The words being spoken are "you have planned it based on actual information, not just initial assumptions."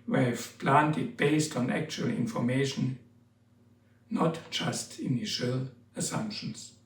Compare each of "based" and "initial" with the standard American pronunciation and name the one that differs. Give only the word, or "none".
none